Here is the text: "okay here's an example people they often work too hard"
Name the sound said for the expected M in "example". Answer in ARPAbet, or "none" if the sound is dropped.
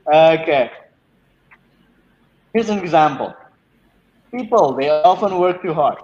M